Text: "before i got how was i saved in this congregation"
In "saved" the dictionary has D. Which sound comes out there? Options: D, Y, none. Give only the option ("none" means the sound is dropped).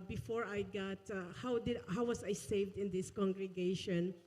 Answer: D